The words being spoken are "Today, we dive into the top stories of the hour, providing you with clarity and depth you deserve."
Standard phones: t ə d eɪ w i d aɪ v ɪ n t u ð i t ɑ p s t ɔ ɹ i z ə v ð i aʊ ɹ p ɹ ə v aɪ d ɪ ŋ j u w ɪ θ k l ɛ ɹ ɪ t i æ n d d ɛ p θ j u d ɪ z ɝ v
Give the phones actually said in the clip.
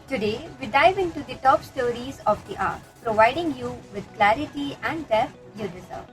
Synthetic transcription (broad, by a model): t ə d eɪ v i d aɪ v ɪ n t u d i t ɑ p s t ɔ ɹ i z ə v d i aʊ ɹ p ɹ ə v aɪ d ɪ ŋ j u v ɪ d k l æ ɹ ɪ t i æ n d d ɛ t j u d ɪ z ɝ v